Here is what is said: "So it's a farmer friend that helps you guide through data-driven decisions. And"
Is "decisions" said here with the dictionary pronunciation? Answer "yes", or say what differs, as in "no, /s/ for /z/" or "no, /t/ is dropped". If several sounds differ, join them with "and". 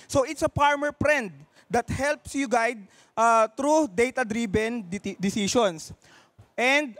no, /s/ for /ʒ/